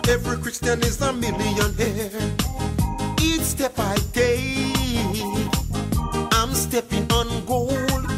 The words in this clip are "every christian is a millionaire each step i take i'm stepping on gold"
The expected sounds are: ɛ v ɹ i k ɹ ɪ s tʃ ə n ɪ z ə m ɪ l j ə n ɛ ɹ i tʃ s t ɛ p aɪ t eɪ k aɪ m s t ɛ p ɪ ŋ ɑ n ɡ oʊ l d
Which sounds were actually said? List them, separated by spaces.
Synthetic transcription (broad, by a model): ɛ v ɹ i k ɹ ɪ s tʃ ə n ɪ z ə m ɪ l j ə n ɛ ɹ i tʃ s t ɛ p aɪ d eɪ aɪ m s t ɛ p ɪ ŋ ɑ n ɡ oʊ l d